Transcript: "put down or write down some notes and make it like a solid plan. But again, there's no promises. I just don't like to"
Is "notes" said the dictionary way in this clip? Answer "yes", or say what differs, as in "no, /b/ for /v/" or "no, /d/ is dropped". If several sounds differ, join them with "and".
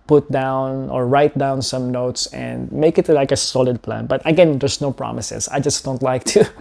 yes